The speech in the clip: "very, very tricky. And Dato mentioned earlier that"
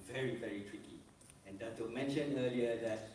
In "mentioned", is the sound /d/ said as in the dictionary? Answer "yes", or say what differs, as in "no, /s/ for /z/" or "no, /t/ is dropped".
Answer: no, /d/ is dropped